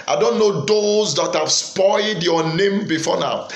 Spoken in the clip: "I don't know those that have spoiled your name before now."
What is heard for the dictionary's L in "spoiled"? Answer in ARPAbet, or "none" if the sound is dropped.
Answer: L